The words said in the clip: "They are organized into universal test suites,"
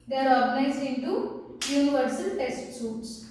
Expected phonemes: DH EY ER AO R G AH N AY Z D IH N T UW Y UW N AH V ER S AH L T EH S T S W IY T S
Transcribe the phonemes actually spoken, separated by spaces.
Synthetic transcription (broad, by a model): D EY ER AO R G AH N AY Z IH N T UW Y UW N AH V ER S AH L T EH S T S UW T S